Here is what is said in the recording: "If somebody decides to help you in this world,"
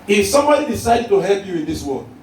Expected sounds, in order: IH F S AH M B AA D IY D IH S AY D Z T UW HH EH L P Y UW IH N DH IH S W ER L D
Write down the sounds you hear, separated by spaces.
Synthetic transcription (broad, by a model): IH F S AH M B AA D IY D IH S AY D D T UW HH EH L P Y UW IH N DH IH S W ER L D